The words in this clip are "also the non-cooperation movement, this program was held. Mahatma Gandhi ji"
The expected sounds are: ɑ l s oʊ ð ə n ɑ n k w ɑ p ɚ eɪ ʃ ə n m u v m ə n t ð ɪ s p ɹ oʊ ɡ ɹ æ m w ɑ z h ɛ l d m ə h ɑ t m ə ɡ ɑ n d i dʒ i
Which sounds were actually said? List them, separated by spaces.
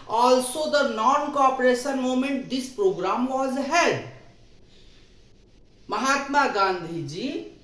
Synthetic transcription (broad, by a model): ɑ l s oʊ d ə n ɑ n k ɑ p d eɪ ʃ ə n m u m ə n t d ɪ s p ɹ oʊ ɡ ɹ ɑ m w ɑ z h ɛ d m ə h ɑ t m ə ɡ ɑ n d i dʒ i